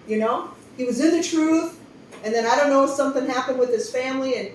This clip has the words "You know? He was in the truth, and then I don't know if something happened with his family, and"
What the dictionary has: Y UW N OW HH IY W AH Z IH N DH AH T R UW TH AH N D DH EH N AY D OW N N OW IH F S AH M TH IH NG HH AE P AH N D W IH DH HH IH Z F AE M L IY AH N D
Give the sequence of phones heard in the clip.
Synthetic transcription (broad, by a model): Y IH N OW HH IY W AH Z IH N DH AH T R UW TH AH N DH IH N AY D OW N N OW IH F S AH M TH IH NG HH AE P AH N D W IH DH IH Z F AE M L IY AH N